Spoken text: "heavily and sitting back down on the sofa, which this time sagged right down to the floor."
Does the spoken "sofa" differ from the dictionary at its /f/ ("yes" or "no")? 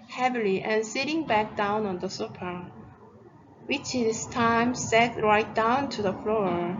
yes